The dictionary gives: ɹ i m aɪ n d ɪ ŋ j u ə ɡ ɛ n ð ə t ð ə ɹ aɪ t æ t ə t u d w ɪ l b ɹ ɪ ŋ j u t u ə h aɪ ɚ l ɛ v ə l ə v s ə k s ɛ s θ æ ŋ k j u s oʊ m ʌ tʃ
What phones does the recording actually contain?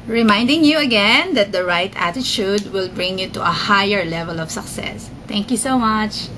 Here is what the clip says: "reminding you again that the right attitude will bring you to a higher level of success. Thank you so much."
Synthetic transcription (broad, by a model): ɹ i m aɪ n d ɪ ŋ j u ə ɡ ɛ n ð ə t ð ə ɹ aɪ t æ t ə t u d w ɪ l b ɹ ɪ ŋ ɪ t u ə h aɪ ɚ l ɛ v ə l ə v s ə k s ɛ s t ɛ ŋ k j u s oʊ m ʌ tʃ